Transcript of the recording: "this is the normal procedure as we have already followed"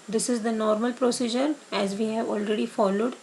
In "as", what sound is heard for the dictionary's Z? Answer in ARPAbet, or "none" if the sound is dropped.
Z